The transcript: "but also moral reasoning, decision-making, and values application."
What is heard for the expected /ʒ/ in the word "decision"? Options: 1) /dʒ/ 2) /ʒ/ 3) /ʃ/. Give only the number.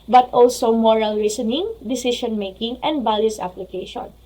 3